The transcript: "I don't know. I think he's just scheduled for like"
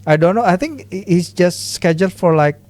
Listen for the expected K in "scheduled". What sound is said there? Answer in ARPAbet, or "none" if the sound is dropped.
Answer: K